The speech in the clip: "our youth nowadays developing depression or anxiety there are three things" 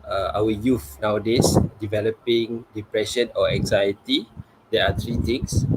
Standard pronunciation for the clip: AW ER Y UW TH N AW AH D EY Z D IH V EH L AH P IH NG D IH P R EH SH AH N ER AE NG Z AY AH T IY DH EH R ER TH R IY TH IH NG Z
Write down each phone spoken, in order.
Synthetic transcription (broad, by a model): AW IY Y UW F N AW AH D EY S D IH V EH L AH P IH NG D IH P R EH SH AH N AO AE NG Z AY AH T IY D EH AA T R IY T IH NG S